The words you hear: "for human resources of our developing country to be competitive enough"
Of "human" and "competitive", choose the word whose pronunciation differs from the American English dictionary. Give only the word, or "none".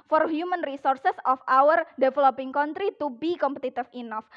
competitive